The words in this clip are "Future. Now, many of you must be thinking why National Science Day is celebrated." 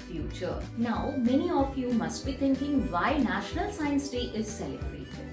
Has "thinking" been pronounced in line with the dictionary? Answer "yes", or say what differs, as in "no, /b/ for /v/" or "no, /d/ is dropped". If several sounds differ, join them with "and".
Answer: no, /t/ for /θ/